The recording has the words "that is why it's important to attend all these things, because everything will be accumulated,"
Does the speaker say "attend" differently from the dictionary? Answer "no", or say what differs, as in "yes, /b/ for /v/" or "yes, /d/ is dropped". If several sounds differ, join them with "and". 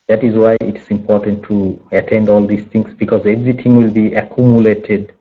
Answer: no